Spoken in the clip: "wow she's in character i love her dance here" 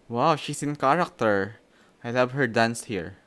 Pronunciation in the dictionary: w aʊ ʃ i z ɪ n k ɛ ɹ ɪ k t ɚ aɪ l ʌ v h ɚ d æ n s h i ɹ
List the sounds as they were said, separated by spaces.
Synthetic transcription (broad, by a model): w aʊ ʃ i s ɪ n k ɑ ɹ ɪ k t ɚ aɪ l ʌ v h ɚ d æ n s h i ɹ